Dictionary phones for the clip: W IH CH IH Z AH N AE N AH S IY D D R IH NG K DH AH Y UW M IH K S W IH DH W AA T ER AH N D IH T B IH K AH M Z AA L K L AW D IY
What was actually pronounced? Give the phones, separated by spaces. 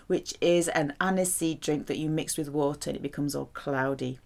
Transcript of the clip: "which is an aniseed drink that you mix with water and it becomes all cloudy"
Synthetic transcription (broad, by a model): W IH CH IH Z AH N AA N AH S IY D D R IH NG K DH AH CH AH M IH K S W IH DH W AA T ER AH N IH T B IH K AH M Z AA L K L AW D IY